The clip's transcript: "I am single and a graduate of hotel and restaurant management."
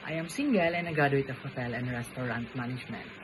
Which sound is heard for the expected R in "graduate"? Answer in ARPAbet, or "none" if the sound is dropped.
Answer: none